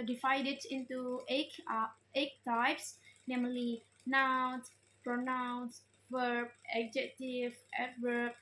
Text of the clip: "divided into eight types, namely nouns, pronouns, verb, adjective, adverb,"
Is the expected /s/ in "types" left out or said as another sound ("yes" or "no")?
no